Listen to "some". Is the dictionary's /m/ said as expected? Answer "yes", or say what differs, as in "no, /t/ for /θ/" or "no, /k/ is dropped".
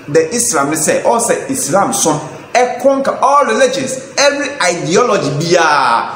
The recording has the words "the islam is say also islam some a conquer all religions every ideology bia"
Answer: no, /m/ is dropped